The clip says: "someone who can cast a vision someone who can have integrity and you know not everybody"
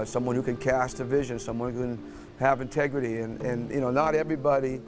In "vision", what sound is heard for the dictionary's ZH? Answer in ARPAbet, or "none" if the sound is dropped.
ZH